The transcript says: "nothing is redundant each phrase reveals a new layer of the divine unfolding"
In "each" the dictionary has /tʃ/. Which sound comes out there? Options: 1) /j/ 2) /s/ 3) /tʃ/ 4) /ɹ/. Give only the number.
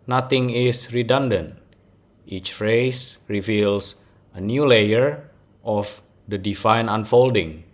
3